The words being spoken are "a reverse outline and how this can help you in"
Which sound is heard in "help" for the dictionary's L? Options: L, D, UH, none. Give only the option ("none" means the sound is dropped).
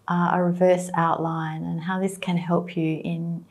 L